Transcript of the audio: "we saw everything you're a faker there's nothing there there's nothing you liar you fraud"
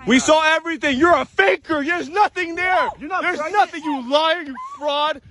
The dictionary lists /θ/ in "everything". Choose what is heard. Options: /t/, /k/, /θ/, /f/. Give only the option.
/θ/